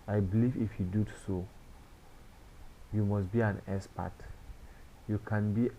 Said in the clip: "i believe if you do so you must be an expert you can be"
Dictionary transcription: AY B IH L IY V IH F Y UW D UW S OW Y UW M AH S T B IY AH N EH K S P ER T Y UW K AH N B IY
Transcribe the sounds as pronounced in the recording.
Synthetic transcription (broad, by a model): AY B IH L IY V IH F Y UW D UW S OW Y UW M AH S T B IY AH N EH S P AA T Y UW K AH N B IY